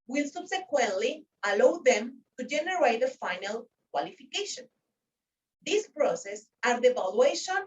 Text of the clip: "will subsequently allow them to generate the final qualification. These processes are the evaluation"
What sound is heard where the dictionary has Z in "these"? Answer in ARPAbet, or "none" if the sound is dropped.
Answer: S